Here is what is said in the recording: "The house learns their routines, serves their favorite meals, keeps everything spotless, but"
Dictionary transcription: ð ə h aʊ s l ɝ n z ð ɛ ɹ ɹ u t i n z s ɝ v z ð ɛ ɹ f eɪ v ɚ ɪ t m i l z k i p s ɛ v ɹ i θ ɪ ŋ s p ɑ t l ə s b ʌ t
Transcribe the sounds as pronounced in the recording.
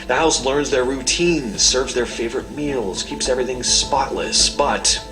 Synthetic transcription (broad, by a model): ð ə h aʊ s l ɝ n z ð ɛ ɹ ɹ u t i n z s ɝ v z ð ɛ ɹ f eɪ v ɚ ɪ t m i l z k i p s ɛ v ɹ i θ ɪ ŋ s p ɑ t l ə s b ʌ t